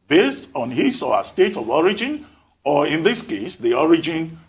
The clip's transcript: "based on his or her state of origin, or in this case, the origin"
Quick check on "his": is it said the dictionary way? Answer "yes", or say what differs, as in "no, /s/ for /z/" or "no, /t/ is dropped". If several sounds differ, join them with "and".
no, /s/ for /z/